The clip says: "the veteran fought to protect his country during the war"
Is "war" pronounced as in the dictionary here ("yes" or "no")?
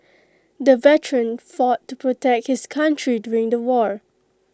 yes